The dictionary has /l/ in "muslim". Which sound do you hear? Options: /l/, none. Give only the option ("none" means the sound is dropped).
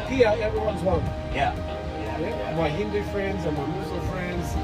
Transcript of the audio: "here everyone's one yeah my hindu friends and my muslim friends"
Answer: none